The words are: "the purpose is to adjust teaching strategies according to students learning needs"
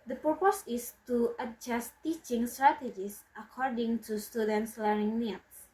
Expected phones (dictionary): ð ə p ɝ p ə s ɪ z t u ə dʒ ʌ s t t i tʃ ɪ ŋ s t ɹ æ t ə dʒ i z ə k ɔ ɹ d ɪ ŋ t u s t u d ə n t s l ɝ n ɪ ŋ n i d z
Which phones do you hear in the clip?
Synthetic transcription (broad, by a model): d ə p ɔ p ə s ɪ s t u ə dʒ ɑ s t t i tʃ ɪ ŋ s t ɹ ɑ t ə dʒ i s ə k ɔ ɹ d ɪ ŋ t u s t u d ə n t s l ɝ ɪ ŋ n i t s